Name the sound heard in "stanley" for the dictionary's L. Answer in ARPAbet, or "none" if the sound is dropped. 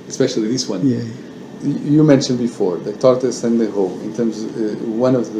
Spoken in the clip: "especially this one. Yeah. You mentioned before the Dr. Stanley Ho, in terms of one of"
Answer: none